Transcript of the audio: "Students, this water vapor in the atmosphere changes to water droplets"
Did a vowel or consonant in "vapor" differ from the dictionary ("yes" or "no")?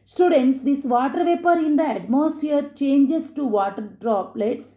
no